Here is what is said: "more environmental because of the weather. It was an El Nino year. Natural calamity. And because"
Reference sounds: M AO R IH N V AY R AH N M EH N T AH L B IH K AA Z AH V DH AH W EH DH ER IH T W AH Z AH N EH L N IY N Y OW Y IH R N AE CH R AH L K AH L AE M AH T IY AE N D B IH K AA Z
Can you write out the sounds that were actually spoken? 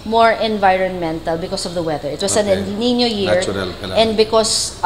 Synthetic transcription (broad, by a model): M AO R IH N V AY R AH N M EH N T AH L B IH K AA S AH V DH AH W EH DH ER IH T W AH S AH N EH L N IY N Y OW Y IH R R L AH N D B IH K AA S